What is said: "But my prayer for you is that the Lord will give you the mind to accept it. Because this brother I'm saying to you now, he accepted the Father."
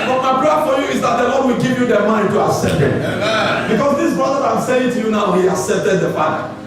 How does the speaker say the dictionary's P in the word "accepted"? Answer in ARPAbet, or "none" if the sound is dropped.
P